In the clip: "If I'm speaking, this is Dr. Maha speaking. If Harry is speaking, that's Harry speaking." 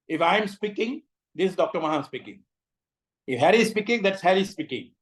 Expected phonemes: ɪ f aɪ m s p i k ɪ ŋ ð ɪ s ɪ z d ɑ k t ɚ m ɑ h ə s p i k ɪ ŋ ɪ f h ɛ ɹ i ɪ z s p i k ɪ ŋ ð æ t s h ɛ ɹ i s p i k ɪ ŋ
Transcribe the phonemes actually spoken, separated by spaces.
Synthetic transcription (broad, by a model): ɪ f aɪ m s p i k ɪ ŋ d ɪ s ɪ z d ɑ k t ɚ m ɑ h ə s p i k ɪ ŋ ɪ f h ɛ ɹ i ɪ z s p i k ɪ ŋ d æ t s h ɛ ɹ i s p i k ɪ ŋ